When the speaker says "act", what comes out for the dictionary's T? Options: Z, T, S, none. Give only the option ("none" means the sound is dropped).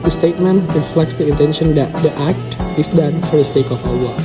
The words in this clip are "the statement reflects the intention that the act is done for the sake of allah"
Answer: T